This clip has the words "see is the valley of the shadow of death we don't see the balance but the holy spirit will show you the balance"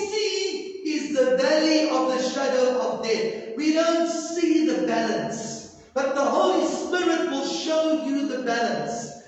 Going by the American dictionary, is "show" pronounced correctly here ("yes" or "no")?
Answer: yes